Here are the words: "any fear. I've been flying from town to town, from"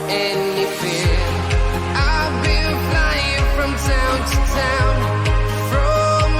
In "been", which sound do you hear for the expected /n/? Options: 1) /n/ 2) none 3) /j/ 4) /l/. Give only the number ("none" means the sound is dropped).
4